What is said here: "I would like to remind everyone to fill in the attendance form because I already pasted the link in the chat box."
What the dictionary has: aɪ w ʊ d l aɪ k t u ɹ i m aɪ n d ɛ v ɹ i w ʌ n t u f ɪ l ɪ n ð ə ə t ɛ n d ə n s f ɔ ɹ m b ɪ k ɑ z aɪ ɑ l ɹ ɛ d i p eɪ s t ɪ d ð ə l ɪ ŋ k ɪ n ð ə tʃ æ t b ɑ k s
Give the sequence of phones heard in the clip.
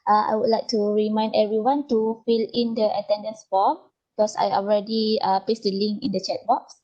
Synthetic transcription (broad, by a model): aɪ w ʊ d l aɪ k t u ɹ i m aɪ n d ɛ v ɹ i w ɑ n t u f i l ɪ n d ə ə t ɛ n d ə n s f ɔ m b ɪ k ɑ s aɪ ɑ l ɹ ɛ d i p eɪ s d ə l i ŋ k ɪ n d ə tʃ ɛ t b ɑ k s